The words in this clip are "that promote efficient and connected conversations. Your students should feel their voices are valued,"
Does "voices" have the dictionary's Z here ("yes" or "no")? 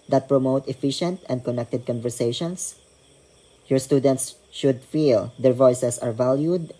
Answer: no